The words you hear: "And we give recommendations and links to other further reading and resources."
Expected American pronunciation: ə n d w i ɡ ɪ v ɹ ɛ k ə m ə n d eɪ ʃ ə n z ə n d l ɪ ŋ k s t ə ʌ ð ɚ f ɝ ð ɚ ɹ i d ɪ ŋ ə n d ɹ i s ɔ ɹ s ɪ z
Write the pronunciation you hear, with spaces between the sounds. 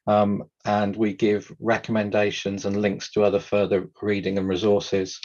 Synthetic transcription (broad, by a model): ə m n w i ɡ ɪ v ɹ ɛ k ə m ə n d eɪ ʃ ə n z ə n l ɪ ŋ k s t ə ʌ ð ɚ f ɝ ð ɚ ɹ i d ɪ ŋ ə n ɹ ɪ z ɔ s ɪ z